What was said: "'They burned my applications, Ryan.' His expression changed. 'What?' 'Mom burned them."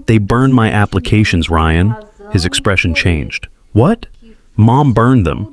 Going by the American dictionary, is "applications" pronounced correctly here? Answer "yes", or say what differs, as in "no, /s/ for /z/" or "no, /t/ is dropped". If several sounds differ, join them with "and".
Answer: yes